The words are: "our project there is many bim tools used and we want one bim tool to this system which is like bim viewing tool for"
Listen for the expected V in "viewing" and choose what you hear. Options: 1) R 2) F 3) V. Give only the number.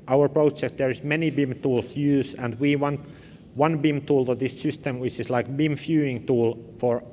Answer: 2